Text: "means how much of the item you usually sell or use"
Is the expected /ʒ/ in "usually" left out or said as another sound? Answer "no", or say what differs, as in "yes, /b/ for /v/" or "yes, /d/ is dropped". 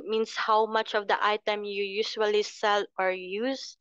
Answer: yes, /s/ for /ʒ/